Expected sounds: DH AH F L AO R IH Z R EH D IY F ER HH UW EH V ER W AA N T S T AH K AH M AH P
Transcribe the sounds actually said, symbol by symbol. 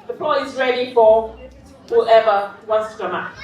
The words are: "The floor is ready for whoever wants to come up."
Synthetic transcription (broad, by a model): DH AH P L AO IH Z R EH D IY F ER HH UW EH V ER W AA N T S T AH K AH M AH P